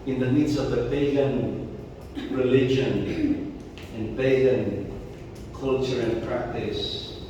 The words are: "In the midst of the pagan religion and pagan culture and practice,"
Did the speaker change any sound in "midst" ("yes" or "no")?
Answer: yes